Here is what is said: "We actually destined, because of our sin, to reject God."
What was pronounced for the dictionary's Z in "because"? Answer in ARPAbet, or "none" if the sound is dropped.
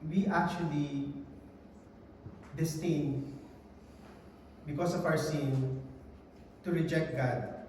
S